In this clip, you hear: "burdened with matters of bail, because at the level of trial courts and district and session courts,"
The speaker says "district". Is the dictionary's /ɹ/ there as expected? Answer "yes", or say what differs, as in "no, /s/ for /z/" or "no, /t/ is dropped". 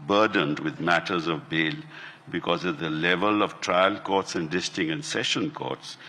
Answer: no, /ɹ/ is dropped